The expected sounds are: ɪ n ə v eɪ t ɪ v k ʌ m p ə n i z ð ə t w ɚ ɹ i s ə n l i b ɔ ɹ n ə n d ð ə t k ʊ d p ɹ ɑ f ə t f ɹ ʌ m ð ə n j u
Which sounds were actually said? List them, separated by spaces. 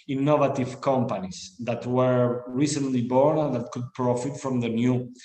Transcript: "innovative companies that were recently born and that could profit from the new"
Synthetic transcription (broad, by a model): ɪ n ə v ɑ t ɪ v k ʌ m p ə n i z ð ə t w ɚ ɹ i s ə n l i b ɔ ɹ n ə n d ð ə t k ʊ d p ɹ ɑ f ə t f ɹ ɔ m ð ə n j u